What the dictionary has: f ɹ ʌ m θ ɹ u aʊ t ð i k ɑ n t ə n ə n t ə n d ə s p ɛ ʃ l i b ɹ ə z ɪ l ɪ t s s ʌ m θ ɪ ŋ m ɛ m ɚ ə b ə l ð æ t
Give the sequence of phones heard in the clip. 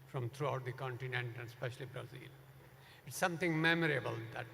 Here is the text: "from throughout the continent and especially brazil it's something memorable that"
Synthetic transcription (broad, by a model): f ɹ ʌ m t ɹ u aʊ t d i k ɑ n t ə n ə n t ə n d s p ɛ ʃ l i b ɹ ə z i l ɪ t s s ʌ m t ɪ ŋ m ɛ m ɚ ə b ə l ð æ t